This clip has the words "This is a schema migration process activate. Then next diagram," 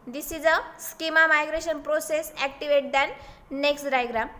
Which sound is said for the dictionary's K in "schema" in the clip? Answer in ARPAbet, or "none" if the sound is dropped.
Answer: K